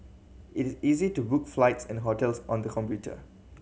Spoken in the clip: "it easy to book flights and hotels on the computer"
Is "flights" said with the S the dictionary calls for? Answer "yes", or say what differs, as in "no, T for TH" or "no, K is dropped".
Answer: yes